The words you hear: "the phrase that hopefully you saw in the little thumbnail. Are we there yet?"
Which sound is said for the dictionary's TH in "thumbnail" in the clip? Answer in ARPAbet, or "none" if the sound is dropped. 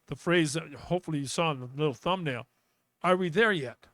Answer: TH